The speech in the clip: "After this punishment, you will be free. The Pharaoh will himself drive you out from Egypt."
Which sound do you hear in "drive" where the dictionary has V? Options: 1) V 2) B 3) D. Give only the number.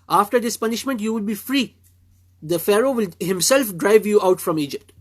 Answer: 1